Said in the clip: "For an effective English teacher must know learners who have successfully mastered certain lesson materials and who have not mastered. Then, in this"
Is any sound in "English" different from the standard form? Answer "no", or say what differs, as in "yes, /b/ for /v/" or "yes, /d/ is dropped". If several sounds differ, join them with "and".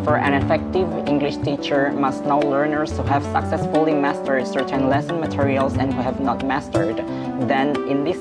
no